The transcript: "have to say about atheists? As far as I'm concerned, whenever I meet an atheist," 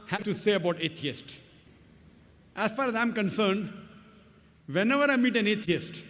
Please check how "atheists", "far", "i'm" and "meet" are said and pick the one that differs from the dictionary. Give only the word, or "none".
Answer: atheists